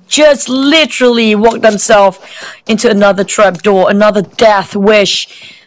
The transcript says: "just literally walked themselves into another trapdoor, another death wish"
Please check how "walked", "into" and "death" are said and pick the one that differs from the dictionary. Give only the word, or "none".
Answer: none